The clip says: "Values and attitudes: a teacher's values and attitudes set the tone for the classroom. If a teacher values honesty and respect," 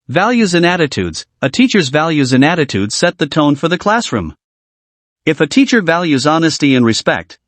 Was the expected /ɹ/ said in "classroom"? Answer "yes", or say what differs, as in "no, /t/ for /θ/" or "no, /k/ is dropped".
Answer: yes